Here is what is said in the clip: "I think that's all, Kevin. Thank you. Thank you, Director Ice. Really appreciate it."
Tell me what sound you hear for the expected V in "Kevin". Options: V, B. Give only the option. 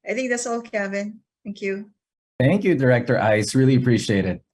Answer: B